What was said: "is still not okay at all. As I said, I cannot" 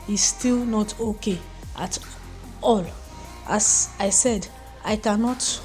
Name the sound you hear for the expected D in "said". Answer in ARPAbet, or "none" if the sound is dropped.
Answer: D